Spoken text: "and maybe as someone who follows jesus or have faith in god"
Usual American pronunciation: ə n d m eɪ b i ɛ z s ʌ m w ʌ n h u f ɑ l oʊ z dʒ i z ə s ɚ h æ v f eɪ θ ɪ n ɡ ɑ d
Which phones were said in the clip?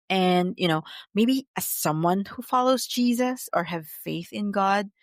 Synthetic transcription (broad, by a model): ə n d m eɪ b i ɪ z s ʌ m w ʌ n h u f ɑ l oʊ z dʒ i z ə s ɚ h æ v f eɪ θ ɪ n ɡ ɑ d